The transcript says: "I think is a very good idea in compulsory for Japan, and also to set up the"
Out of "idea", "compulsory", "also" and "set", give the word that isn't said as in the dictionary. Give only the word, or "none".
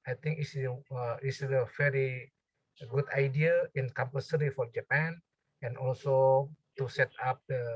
compulsory